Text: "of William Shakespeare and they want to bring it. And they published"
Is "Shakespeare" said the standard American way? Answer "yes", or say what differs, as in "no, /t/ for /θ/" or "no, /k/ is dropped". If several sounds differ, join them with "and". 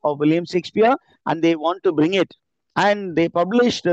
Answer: no, /s/ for /ʃ/